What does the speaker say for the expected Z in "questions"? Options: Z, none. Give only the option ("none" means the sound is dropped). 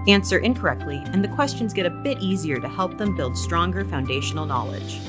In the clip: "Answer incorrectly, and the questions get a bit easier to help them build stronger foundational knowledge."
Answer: Z